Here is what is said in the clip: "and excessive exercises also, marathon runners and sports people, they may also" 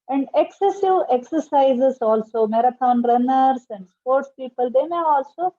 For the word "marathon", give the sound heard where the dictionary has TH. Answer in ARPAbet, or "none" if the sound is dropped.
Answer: T